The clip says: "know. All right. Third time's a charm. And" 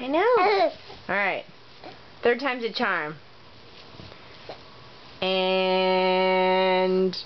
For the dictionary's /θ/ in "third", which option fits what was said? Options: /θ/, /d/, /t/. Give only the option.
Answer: /θ/